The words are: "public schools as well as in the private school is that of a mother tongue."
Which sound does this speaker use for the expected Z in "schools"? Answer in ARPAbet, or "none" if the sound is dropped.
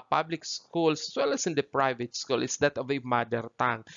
S